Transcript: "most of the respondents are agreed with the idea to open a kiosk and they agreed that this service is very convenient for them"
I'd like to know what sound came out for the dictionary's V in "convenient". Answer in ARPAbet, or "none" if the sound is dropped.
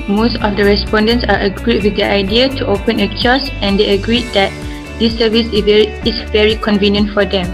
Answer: V